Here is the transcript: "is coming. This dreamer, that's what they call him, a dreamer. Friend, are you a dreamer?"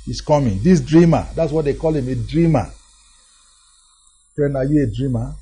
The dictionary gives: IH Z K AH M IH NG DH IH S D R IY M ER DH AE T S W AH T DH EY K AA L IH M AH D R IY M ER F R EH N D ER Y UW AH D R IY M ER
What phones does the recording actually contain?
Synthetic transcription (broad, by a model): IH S K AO M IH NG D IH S D R IY M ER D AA T S W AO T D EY K AA L IH M AH D R IY M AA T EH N AA Y UW AH D R IY M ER